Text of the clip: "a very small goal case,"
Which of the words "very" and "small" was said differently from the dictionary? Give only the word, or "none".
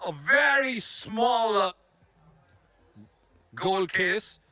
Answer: none